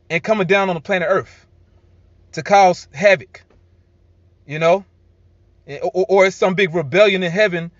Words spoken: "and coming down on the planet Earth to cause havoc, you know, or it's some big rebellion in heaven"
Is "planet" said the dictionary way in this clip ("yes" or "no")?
no